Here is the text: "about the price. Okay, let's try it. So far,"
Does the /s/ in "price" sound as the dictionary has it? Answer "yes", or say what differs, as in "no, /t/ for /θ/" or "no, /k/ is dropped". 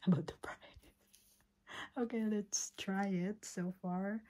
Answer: no, /s/ is dropped